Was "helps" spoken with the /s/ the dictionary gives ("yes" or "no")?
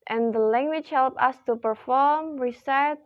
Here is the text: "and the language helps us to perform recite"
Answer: no